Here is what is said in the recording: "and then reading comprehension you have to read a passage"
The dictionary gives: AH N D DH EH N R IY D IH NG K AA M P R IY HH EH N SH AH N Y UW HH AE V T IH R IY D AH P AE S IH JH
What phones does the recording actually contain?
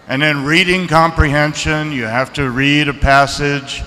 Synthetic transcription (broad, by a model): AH N DH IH N R IY D IH NG K AA M P R IY HH EH N SH AH N Y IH HH AE F T IH R IY D AH P AE S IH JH